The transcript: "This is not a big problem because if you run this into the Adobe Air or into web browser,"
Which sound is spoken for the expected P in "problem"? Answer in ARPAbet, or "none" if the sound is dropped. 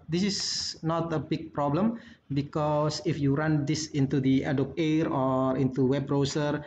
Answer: P